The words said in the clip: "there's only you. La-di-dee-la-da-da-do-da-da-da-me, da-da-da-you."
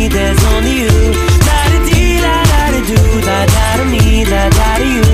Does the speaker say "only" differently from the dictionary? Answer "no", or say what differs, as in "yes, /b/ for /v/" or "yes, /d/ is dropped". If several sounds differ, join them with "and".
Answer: yes, /l/ is dropped